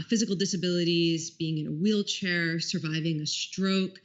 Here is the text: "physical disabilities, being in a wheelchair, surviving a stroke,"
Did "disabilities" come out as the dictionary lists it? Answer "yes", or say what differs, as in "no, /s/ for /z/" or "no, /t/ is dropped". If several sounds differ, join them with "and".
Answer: yes